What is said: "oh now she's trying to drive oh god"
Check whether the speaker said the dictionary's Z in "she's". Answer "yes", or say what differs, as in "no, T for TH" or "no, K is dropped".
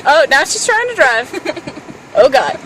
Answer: no, S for Z